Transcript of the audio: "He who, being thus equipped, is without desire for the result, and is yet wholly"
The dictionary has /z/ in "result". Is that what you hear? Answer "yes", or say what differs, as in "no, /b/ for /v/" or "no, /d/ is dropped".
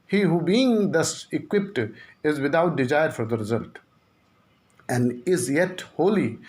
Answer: yes